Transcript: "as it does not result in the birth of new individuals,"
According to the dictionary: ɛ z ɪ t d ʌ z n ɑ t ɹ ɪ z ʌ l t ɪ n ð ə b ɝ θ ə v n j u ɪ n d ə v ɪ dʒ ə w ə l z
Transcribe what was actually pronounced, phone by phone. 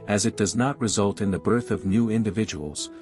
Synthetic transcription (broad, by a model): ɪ z ɪ t d ʌ z n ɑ t ɹ ɪ z ʌ l t ɪ n ð ə b ɝ θ ə v n j u ɪ n d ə v ɪ dʒ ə w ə l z